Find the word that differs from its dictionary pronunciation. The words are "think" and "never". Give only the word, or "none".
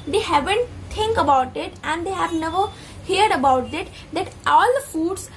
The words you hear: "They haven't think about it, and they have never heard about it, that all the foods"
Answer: think